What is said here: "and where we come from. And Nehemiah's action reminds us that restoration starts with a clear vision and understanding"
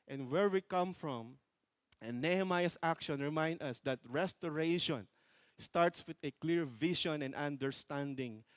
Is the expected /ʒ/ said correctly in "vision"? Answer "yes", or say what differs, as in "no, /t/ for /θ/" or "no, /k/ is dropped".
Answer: no, /ʃ/ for /ʒ/